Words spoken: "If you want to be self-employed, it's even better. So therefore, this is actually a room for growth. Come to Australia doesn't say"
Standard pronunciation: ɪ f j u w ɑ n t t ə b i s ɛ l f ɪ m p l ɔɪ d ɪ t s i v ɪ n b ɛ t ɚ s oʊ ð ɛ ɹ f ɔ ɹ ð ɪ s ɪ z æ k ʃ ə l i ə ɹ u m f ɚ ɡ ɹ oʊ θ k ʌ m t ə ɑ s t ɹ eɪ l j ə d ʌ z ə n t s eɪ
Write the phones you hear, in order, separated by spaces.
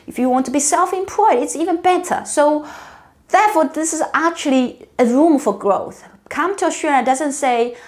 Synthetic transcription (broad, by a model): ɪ f j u w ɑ n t t ə b i s ɛ l f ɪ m p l ɔɪ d ɪ t s i v ɪ n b ɛ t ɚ s oʊ ð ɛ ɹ f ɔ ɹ ð ɪ s ɪ z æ k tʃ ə l i ə ɹ u m f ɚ ɡ ɹ oʊ θ k ʌ m t ə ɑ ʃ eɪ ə d ʌ z ə n t s eɪ